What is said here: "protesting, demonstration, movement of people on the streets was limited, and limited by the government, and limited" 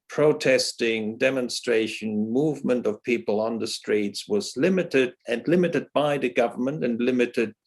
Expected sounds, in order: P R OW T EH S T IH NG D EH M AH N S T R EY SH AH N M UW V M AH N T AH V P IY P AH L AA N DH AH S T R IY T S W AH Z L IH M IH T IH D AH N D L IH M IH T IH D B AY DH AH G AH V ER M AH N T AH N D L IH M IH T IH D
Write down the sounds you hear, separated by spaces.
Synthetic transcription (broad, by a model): P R OW T EH S T IH NG D EH M AH N S T R EY SH AH N M UW V M AH N T AH V P IY P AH L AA N DH AH S T R IY T S W AH Z L IH M IH T IH D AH N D L IH M IH T IH D B AY DH AH G AH V ER M AH N T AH N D L IH M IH T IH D